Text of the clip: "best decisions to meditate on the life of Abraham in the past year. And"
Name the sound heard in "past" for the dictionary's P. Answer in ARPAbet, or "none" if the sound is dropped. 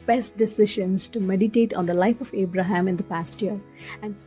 P